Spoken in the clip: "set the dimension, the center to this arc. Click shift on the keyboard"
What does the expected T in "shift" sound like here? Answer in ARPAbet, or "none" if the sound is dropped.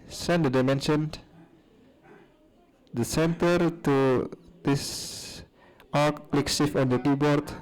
none